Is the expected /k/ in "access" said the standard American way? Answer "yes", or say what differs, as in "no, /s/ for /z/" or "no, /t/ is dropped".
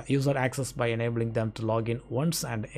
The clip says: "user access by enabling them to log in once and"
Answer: yes